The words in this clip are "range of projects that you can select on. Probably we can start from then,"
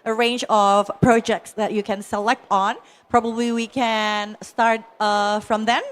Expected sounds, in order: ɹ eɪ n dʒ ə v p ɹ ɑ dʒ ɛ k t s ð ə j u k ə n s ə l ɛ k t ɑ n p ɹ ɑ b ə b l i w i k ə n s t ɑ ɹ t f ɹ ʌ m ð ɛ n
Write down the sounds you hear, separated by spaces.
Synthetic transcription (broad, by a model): ɹ eɪ n dʒ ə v p ɹ ɑ dʒ ɛ k t s ð ə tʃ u k ə n s ə l ɛ k t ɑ n p ɹ ɑ b ə b l i w i k ə n s t ɑ ɹ t f ɹ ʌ m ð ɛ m